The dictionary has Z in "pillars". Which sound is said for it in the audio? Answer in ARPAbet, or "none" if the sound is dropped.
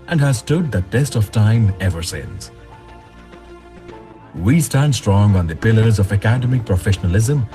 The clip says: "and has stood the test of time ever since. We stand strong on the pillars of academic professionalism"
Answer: Z